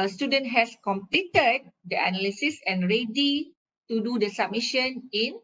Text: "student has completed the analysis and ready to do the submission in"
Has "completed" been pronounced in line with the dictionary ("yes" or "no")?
yes